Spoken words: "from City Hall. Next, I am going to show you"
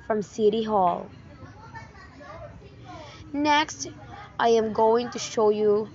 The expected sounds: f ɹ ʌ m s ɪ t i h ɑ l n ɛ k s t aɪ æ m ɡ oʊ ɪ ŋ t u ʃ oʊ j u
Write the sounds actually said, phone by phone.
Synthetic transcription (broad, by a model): f ɹ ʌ m s ɪ t i h ɑ l n ɛ k s t aɪ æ m ɡ oʊ ɪ ŋ t u ʃ oʊ j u